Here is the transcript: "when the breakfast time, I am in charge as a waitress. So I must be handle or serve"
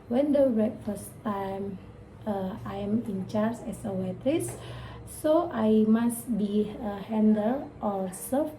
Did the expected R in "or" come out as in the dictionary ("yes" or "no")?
no